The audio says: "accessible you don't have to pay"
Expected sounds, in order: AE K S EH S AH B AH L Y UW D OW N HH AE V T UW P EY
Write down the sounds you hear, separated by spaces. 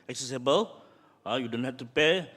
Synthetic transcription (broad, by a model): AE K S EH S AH B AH L Y UW D OW N HH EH F T UW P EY